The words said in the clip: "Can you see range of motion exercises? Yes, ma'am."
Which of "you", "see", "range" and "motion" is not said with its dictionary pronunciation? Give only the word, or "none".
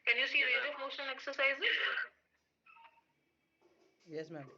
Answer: range